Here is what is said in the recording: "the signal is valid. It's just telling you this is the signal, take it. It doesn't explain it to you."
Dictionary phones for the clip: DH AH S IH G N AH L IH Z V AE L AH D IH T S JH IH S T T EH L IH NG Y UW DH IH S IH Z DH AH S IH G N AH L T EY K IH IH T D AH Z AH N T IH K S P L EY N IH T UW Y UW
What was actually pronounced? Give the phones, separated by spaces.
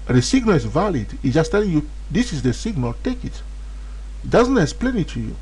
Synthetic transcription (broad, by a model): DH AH S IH G N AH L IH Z V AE L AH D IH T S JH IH S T T EH L IH NG Y UW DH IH S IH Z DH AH S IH G N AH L T EY K IH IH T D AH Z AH N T IH K S P L EY N IH T UW Y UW